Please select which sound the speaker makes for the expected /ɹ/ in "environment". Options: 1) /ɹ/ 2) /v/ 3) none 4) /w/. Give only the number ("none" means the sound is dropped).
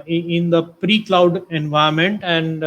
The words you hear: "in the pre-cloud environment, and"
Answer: 3